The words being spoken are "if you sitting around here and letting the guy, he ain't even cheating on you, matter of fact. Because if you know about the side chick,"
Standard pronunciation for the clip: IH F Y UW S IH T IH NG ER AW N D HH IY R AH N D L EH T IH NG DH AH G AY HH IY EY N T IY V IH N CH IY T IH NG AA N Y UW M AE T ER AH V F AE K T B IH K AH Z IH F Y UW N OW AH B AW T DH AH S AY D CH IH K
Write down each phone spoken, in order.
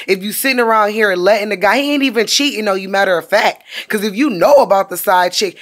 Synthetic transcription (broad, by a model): IH F Y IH S IH T IH NG ER AW N D HH IY R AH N L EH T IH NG DH AH G AY EY N T IY V IH N CH IY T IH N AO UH Y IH M AE T ER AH F AE K T K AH Z IH F Y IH N OW AH B AW T DH AH S AY D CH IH K